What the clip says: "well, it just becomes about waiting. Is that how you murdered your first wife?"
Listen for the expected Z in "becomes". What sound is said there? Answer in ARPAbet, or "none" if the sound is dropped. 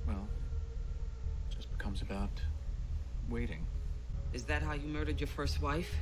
Z